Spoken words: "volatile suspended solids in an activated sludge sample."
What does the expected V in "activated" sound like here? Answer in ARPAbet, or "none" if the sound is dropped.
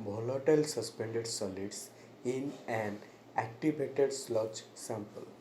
B